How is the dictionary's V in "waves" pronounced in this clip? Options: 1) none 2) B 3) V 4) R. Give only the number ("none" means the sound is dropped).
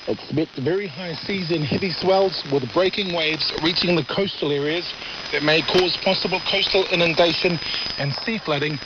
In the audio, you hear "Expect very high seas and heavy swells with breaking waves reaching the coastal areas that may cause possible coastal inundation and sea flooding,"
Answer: 3